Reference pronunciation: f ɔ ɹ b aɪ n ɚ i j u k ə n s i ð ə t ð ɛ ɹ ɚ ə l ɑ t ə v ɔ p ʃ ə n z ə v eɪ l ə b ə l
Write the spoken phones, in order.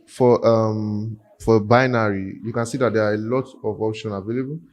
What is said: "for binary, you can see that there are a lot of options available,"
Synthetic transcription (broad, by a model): f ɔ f b aɪ n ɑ i j u k ə n s i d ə t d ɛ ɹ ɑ ə l ɑ t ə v ɔ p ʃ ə n ə v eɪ l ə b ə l